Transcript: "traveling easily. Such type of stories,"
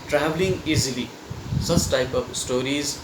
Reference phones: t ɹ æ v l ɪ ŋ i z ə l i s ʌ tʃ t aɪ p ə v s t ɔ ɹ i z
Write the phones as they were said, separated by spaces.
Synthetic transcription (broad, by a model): t ɹ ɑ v l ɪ ŋ i z ə l i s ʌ s t aɪ p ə p s t ɔ ɹ i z